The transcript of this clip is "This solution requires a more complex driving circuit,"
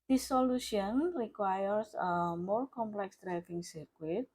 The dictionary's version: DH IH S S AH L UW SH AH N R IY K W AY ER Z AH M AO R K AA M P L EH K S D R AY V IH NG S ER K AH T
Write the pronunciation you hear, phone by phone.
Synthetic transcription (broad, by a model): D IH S S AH L UW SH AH N R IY K W AY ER S AH M AO R K AA M P L EH K S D R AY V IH NG S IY K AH T